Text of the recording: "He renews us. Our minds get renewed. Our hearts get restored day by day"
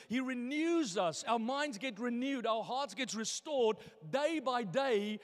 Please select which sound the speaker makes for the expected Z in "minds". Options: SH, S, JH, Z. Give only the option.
Z